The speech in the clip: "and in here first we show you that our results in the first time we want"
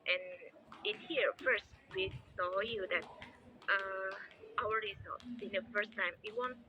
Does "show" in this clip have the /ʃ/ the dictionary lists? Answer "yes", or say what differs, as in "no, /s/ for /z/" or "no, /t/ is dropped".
no, /s/ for /ʃ/